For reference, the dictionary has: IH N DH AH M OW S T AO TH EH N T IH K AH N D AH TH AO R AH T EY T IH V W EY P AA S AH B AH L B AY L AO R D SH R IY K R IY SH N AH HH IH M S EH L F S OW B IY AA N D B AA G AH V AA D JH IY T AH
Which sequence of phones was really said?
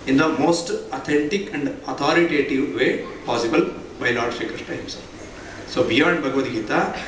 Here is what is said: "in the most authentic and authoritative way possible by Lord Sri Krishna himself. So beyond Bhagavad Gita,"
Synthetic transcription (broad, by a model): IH N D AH M OW S T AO T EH N T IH K AH N D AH T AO R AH T EY T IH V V EY P AA S AH B AH L B AY L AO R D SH IY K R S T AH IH M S S OW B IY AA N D B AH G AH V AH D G IY T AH